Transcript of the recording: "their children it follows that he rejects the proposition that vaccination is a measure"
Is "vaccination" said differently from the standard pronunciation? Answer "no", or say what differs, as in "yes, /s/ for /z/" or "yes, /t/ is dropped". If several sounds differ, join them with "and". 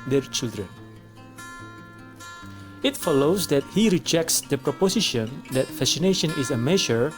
yes, /f/ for /v/ and /k/ is dropped